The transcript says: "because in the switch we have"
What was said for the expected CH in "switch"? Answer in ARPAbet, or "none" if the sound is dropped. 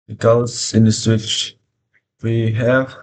CH